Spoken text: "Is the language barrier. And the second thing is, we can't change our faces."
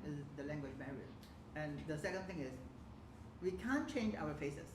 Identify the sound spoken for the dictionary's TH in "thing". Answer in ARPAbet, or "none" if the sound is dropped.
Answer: T